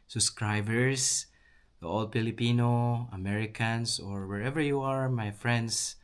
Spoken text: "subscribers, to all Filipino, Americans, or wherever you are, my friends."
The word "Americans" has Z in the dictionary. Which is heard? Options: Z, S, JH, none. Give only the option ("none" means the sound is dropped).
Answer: S